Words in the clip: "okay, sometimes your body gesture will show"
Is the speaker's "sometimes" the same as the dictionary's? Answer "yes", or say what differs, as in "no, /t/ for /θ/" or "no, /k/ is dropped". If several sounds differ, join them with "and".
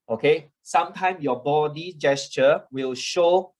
no, /z/ is dropped